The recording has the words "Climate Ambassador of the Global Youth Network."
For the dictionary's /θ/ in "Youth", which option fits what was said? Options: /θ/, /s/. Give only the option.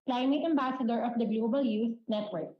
/s/